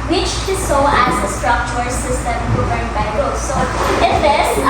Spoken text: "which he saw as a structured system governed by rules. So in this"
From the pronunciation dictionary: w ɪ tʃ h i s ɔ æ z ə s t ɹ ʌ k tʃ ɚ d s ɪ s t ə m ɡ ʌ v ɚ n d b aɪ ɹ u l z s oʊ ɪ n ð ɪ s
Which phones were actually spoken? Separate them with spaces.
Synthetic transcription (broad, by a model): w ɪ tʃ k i s ɔ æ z ə s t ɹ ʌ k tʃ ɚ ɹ s ɪ s t ə m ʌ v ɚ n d b aɪ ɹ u z s oʊ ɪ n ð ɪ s